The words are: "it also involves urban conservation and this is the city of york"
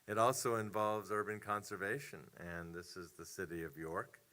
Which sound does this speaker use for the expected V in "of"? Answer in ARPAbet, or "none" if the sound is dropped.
V